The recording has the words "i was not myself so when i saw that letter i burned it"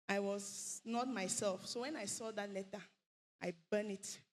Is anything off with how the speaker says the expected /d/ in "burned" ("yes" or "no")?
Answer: yes